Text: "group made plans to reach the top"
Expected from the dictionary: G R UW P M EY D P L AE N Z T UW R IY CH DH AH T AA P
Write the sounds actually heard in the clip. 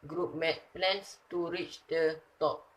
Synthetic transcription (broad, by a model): G R UW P M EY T P L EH N S T UW R IY CH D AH T AA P